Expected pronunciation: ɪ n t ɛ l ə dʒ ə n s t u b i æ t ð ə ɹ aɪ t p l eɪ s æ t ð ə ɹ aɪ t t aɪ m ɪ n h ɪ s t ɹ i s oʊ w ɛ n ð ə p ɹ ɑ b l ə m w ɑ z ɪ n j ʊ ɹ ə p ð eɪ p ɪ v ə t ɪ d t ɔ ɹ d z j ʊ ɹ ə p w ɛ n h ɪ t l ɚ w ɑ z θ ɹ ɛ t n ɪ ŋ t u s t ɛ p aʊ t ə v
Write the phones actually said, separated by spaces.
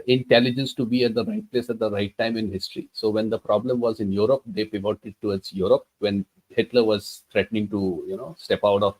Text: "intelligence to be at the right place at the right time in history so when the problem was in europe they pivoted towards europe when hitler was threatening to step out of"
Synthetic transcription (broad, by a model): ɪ n t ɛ l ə dʒ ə n s t u b i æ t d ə ɹ aɪ t p l eɪ s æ t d ə ɹ aɪ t t aɪ m ɪ n h ɪ s t ɹ i s oʊ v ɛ n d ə p ɹ ɑ b l ə m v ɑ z ɪ n j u ɹ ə p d eɪ p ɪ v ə t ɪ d t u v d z j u ɹ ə p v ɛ n h ɪ t l ɚ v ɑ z t ɹ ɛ t n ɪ ŋ t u s t ɛ p aʊ t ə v